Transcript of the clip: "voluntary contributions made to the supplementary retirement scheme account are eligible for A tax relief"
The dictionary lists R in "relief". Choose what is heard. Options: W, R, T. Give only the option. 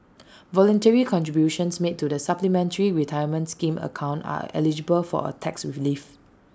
W